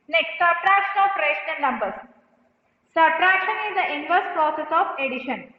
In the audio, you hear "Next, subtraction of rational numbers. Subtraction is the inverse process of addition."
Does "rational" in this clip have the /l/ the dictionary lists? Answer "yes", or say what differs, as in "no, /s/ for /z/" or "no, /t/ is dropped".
no, /n/ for /l/